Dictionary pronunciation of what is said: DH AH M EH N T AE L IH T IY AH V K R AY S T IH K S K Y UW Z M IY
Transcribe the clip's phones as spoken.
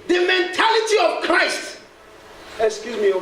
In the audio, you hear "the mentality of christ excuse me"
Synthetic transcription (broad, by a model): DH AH M EH N T AE L IH T IY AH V K R AY S T IH K S K Y UW Z M IY